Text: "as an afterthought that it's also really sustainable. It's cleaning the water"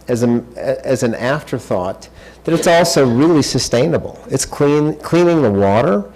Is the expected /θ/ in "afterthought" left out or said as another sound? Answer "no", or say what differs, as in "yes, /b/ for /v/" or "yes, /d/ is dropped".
no